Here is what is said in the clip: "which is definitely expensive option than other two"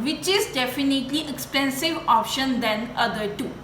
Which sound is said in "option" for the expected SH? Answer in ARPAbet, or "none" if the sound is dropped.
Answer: SH